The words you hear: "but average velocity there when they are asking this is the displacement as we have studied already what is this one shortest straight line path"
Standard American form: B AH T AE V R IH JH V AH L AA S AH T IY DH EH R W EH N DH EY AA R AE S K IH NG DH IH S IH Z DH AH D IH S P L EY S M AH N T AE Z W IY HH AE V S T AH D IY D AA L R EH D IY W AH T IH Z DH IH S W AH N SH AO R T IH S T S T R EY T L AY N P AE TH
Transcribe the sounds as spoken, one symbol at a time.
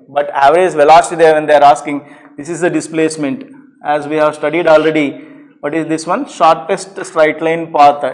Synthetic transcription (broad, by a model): B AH T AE V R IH Z V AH L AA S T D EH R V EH N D EY AA R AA S K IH NG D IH S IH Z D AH D IH S P L EY S M AH N T AE Z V IY HH AE V S T AH D IY D AA L R EH D IY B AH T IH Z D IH S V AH N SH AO R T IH S T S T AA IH T L AY N P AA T